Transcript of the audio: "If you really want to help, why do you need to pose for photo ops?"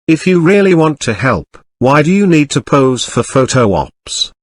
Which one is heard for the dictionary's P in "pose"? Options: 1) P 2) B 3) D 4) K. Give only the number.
1